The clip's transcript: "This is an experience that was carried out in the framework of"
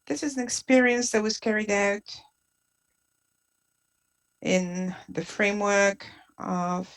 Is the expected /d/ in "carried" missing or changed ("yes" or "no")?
no